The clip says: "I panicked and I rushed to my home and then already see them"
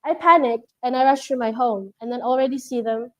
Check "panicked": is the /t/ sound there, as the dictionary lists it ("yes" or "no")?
yes